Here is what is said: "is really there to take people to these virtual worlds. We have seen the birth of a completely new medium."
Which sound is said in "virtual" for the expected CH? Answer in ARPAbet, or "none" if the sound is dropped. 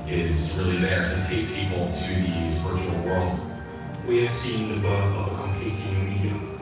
none